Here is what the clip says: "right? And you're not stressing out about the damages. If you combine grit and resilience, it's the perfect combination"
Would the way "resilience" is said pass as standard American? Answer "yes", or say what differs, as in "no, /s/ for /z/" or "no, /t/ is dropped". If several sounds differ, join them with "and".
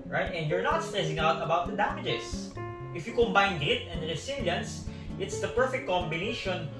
no, /s/ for /z/